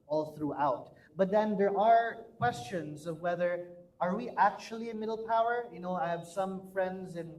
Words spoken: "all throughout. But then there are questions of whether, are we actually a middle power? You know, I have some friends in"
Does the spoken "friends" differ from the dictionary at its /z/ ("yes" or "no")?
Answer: no